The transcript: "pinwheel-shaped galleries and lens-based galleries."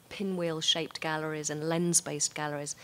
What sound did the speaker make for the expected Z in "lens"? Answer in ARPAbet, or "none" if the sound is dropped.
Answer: Z